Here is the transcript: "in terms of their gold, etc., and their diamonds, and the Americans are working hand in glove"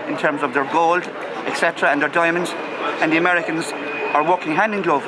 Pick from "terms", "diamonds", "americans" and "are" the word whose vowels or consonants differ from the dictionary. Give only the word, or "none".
none